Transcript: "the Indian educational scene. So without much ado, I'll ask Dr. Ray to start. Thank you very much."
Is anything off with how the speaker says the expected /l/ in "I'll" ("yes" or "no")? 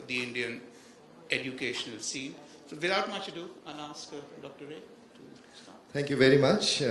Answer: yes